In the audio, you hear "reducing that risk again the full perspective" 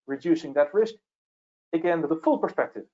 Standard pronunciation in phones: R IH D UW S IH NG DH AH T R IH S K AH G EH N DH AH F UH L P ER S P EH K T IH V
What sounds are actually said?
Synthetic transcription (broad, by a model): R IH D UW S IH NG DH AH T R IH S K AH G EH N DH AH F UH L P ER S P EH K T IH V